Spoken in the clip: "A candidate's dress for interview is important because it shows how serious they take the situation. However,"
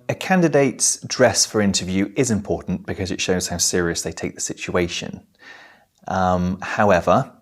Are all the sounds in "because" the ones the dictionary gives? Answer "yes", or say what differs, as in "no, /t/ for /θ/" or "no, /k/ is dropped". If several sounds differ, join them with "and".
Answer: yes